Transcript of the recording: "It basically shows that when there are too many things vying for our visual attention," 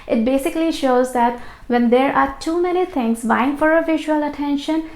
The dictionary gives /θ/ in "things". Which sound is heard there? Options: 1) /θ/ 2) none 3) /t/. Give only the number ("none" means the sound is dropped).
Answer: 3